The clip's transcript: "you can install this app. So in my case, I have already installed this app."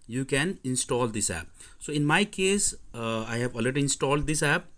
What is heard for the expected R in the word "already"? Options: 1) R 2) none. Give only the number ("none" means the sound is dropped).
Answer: 2